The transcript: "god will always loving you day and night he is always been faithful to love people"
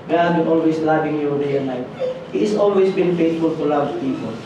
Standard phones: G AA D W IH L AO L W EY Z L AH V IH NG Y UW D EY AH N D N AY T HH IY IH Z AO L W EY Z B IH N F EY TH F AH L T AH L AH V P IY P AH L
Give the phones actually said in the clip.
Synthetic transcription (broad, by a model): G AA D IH N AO L W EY S L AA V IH NG Y UW D EY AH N N AY T HH IY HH S AO L W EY S B IH N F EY T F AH L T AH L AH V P IY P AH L